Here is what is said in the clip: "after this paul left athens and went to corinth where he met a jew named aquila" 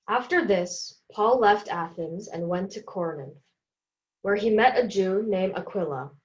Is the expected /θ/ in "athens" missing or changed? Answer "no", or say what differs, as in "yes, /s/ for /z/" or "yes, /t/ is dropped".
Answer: no